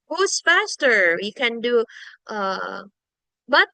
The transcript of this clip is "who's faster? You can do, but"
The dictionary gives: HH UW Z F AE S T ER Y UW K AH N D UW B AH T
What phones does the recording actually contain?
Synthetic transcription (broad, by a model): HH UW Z F AE S T ER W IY K AH N D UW B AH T